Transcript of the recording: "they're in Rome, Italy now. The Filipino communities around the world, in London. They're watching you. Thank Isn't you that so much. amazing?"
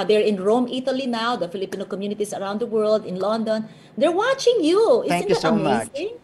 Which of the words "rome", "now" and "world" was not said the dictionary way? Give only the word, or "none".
none